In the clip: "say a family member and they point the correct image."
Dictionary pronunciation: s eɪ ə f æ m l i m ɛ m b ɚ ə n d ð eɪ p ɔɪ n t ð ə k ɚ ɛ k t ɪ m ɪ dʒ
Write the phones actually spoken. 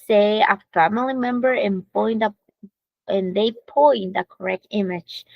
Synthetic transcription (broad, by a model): s eɪ ə f æ m l i m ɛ m b ɚ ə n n ð eɪ p ɔɪ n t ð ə k ɚ ɛ k t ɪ m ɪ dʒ